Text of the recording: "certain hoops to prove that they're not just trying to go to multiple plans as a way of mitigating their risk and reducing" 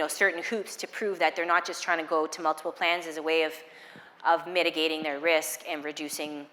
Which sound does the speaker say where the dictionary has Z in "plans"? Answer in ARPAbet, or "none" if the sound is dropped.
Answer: Z